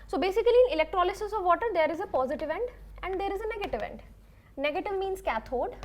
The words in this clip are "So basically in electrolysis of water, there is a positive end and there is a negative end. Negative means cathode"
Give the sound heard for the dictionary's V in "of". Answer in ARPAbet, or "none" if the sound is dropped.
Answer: V